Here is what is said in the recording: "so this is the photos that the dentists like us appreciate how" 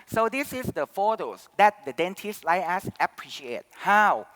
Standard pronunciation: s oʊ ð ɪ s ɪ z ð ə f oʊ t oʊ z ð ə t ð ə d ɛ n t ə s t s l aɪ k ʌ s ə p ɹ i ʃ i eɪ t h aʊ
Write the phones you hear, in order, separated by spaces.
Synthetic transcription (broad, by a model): s oʊ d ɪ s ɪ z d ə f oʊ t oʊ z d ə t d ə d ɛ n t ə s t l aɪ ʌ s ə p ɹ i ʃ i eɪ t h aʊ